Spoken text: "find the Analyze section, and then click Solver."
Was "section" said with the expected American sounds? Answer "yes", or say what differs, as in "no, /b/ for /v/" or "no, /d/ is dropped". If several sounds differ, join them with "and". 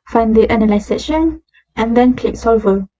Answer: no, /k/ is dropped